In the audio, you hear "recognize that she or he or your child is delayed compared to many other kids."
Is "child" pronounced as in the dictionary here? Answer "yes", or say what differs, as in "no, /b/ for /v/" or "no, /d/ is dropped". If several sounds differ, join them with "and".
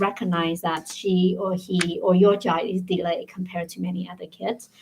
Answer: no, /l/ is dropped